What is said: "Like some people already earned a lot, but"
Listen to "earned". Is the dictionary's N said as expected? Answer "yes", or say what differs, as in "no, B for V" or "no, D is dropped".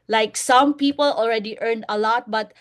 yes